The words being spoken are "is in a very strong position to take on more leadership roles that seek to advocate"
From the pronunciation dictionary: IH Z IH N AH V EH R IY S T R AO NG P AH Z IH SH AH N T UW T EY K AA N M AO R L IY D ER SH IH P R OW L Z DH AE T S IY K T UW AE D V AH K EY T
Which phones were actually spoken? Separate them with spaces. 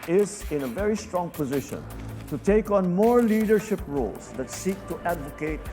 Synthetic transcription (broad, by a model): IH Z IH N AH V EH R IY S T R AO NG P AH Z IH SH AH N T UW T EY K AA N M AO R L IY D ER SH IH P R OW L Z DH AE T S IY K T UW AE D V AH K EY T